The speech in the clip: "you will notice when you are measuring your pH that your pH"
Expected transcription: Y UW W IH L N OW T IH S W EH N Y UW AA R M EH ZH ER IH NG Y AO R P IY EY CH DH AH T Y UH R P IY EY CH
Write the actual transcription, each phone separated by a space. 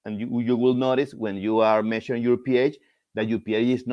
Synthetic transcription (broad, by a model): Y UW W IH L N OW T IH S W EH N Y UW AA R M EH SH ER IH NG Y AO R P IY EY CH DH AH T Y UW P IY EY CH